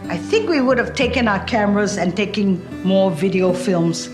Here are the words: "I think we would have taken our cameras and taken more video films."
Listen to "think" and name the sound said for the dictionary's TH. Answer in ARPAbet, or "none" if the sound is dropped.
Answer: TH